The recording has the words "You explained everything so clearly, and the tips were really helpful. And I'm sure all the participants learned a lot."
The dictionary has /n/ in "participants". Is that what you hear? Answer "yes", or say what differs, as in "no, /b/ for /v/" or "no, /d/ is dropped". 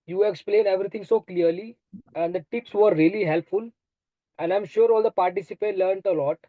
no, /n/ is dropped